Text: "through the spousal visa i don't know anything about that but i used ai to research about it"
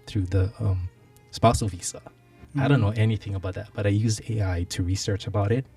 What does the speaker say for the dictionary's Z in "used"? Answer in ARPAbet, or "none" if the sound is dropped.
Z